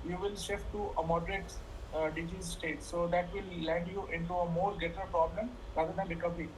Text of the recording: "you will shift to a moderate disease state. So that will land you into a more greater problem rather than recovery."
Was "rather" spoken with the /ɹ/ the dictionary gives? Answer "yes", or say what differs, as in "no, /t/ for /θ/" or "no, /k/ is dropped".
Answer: no, /l/ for /ɹ/